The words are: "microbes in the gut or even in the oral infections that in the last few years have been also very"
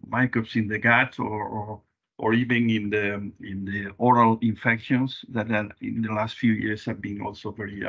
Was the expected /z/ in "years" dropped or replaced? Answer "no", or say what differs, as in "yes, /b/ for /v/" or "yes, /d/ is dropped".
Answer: yes, /s/ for /z/